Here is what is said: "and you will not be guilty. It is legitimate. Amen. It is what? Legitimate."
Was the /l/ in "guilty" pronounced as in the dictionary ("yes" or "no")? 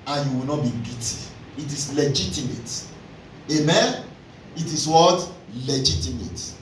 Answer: no